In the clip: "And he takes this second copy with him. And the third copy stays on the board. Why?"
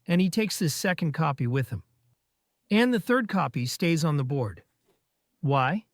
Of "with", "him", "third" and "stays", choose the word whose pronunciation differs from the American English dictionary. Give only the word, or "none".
none